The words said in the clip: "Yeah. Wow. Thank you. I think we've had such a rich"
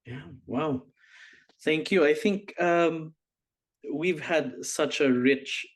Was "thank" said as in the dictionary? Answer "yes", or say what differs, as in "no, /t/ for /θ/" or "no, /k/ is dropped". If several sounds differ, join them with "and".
yes